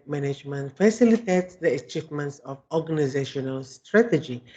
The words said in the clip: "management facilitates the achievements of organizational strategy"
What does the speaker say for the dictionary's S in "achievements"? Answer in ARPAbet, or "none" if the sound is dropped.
S